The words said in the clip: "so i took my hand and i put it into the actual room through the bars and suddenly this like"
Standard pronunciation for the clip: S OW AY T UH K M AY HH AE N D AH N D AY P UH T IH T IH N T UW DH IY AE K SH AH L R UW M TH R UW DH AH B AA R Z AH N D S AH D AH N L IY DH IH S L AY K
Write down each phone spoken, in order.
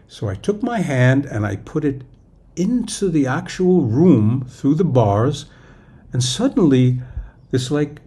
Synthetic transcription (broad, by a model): S OW AY T UH K M AY HH AE N D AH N AY P UH T IH T IH N T UW DH IY AE K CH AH L R UW M TH R UW DH AH B AA R Z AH N S AH D N L IY DH IH S L AY K